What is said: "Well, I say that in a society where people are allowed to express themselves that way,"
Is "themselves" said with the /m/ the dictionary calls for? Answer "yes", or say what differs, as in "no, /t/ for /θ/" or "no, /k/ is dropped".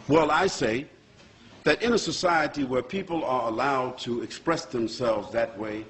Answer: yes